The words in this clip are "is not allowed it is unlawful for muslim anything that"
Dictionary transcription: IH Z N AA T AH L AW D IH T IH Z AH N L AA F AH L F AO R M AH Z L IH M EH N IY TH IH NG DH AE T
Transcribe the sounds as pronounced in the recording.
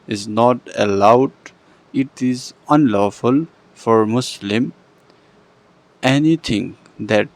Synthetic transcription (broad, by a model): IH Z N AA T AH L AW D IH T IH Z AH N L AA F AH L F AO R M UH S L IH M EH N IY T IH NG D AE T